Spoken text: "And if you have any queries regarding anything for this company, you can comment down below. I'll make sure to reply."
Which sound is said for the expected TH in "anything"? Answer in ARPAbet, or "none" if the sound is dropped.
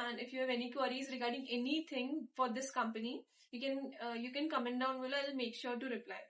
T